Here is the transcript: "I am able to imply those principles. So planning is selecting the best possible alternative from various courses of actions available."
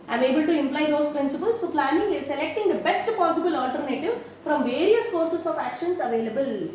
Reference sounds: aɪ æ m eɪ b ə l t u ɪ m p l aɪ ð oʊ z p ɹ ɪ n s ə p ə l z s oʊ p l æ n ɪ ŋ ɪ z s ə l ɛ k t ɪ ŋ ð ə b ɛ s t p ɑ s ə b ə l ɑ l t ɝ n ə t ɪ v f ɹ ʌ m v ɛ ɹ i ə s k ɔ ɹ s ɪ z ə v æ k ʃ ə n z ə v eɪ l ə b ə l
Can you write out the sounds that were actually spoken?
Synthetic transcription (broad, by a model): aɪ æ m eɪ b ə l t u ɪ m p l aɪ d oʊ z p ɹ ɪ n s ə p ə l s oʊ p l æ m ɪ ŋ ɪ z s ə l ɛ k t ɪ ŋ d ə b ɛ s t p ɑ s ə b ə l ɑ l t ɝ n ə t ɪ v f ɹ ʌ m v ɛ ɹ i ə s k ɔ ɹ s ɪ s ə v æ k ʃ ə n s ə v eɪ l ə b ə l